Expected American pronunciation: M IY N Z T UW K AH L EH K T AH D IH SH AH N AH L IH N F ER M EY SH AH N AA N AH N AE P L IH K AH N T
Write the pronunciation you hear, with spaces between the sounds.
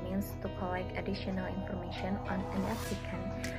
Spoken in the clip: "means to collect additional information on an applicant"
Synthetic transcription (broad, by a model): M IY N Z T UW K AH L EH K AH D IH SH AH N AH L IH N F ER M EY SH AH N AA N AH N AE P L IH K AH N